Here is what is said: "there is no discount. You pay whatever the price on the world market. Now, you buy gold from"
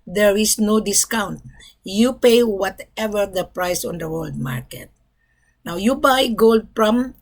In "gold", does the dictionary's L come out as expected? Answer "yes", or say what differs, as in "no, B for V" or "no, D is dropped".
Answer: yes